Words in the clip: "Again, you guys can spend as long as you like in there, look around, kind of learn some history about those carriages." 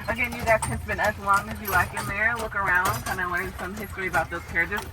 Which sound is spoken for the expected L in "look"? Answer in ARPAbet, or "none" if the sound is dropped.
L